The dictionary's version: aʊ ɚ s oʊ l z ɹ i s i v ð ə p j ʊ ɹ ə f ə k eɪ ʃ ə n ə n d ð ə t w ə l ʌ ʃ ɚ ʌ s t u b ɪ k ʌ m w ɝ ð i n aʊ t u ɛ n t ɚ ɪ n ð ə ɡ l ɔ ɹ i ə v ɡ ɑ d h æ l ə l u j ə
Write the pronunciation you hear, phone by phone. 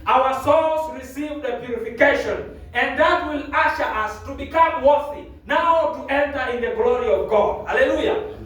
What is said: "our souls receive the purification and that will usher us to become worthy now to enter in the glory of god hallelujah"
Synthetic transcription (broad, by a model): aʊ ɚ s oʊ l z ɹ i s i v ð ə p j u ɹ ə f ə k eɪ ʃ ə n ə n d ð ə t w ə l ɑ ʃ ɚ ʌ s t u b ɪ k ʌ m w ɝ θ i n aʊ t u ɛ n t ɚ ɪ n ð ə ɡ l ɔ ɹ i ə v ɡ ɑ d h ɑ l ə l u j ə